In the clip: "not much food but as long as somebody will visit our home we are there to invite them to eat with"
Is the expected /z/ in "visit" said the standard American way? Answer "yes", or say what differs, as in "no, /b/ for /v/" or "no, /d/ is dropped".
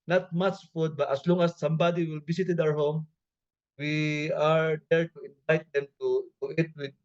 no, /s/ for /z/